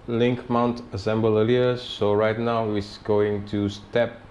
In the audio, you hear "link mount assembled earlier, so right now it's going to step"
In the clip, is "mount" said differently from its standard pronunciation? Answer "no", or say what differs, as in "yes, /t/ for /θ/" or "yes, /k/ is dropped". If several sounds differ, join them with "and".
no